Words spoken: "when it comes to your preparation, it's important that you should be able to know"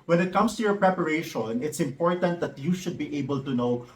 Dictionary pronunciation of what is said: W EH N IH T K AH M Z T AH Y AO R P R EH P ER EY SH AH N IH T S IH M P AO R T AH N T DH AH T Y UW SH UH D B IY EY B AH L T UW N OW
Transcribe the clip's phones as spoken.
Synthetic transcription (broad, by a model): W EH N IH T K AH M S T AH Y AO R P R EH P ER EY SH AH N IH T S IH M P AO R T AH N T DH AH T Y UW SH UH D B IY EY B AH L T UW N OW